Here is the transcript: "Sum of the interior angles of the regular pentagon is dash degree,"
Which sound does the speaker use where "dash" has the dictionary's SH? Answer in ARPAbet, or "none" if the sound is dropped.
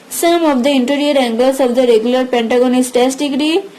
S